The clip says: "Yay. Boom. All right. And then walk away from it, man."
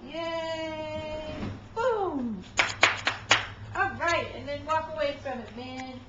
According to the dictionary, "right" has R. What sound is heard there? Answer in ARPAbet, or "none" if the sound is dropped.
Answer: R